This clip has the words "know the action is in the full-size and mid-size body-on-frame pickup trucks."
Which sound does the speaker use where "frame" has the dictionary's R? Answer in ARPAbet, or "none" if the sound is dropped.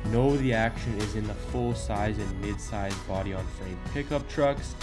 L